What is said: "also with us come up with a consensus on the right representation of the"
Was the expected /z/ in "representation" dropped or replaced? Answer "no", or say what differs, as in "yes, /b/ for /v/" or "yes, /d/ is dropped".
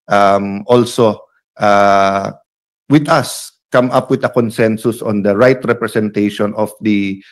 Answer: yes, /s/ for /z/